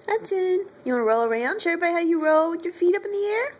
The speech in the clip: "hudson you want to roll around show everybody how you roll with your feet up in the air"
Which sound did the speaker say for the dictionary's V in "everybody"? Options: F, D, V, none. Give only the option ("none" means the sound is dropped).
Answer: none